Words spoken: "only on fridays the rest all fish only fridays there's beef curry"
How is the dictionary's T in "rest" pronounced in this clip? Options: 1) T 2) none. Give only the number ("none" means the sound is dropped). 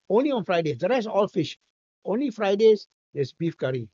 2